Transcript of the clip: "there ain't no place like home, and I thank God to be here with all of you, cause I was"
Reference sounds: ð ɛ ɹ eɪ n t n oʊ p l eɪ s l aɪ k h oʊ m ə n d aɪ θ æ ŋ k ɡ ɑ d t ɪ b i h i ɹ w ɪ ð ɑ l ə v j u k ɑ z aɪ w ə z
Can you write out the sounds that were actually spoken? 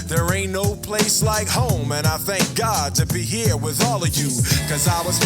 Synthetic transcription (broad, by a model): ð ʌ ɹ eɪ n n oʊ p l eɪ s l aɪ k h oʊ m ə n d aɪ θ æ ŋ k ɡ ɑ d t ɪ b i h i ɹ w ɪ ð ɑ l ə v j u k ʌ z aɪ w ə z